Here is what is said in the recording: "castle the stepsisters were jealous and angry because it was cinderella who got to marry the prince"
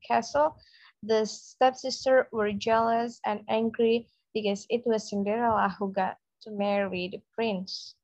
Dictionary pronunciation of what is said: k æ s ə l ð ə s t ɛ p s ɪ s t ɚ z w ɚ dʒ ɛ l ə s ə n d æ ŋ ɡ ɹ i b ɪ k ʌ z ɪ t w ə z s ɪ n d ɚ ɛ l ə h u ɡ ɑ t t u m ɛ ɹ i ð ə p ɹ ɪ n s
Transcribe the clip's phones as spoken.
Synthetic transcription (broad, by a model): k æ s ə l ð ə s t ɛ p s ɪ s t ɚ w ɚ dʒ ɛ l ə s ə n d æ ŋ ɡ ɹ i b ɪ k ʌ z ɪ t w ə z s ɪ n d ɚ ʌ l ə h u ɡ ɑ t t u m ɛ ɹ i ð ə p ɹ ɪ n s